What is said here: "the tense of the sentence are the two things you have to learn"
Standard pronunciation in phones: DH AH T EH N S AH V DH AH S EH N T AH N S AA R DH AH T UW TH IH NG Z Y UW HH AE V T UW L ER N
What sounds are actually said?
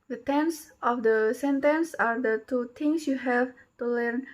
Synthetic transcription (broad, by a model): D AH T EH N S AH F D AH S EH N T AH N S AA R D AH T UW T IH NG S Y UW HH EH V T UW L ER N